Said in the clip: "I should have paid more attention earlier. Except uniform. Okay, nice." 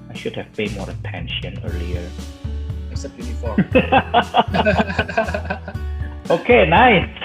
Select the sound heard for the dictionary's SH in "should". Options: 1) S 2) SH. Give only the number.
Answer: 2